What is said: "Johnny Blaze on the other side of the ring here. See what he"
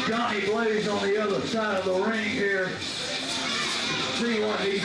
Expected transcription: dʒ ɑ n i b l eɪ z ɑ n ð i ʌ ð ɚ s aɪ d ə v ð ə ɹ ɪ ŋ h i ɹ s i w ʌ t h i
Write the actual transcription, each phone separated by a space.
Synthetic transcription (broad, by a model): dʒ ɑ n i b l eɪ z n ð i ʌ ð ɚ s aɪ d ə v ð ə ɹ ɪ ŋ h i ɹ s i w ʌ t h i